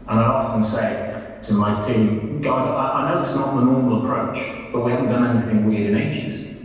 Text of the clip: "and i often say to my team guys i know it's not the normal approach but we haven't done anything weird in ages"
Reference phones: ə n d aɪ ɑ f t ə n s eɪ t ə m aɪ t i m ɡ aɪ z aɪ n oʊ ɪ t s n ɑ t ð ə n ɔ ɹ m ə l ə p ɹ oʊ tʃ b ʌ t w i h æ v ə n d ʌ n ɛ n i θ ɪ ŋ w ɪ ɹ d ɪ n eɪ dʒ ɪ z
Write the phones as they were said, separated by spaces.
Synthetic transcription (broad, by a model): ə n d aɪ ɑ f t ə n s eɪ t ə m aɪ t i m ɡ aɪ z aɪ n oʊ ɪ t s n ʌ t ð ə n ɔ ɹ m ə l ə p ɹ oʊ tʃ b ʌ t w i h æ v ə n d ʌ n ɛ n i θ ɪ ŋ w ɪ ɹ d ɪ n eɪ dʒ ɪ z